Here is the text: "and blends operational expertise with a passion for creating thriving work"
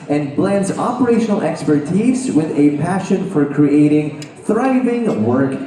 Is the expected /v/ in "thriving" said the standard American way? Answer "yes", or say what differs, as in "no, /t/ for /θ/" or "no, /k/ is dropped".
yes